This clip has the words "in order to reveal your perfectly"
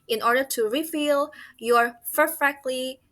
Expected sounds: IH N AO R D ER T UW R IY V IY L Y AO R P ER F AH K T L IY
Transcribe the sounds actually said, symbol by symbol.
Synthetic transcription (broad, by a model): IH N AO R D ER T UW R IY F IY L Y AO R P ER F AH K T L IY